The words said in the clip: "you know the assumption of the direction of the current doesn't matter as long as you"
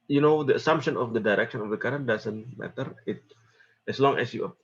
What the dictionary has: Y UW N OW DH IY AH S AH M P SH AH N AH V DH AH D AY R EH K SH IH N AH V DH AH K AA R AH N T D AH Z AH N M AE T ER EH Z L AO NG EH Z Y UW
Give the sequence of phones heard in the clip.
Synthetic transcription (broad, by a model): Y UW N OW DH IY AH S AH M P SH AH N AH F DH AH D AY R EH K SH IH N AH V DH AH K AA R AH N D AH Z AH N M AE T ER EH S L AO NG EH S Y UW